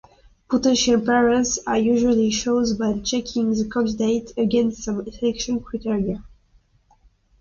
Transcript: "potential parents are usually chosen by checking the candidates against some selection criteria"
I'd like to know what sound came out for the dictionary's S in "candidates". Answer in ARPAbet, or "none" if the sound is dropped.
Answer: none